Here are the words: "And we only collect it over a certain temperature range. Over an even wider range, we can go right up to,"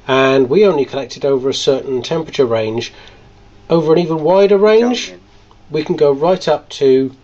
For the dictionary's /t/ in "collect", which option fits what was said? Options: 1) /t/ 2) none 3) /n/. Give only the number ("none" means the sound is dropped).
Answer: 1